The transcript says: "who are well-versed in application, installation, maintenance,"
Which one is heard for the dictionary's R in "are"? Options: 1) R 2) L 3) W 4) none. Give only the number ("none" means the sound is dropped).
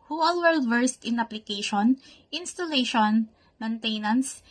2